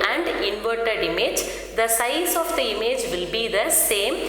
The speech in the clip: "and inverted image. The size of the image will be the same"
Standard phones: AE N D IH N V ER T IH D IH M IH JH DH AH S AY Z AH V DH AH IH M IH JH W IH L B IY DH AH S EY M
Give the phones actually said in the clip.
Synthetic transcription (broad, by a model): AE N D IH N V ER T IH D IH M IH JH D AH S AY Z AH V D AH IH M IH JH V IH L B IY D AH S EY M